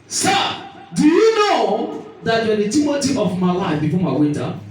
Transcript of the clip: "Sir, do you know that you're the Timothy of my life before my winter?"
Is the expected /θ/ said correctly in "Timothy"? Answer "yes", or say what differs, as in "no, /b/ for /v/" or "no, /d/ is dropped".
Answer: no, /t/ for /θ/